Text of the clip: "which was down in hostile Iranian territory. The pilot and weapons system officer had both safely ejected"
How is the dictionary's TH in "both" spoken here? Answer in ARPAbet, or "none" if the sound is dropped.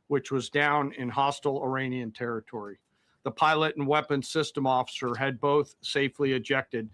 TH